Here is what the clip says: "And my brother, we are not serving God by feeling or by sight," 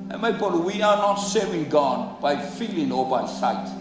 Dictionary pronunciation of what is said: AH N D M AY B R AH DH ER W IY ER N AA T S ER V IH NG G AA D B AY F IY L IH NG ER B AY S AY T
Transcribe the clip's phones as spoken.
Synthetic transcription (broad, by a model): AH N M AY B AO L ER W IY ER N AA T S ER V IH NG G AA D B AY F IY L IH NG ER B AY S AY T